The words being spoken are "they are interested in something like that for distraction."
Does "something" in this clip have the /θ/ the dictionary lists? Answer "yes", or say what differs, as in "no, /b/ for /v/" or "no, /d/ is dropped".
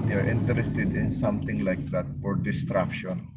no, /t/ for /θ/